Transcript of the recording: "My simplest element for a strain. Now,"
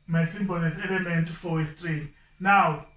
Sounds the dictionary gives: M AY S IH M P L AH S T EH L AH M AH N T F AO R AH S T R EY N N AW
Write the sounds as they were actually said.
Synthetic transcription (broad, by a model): M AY S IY M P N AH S EH L AH M AH N T F AO W AH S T R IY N N AW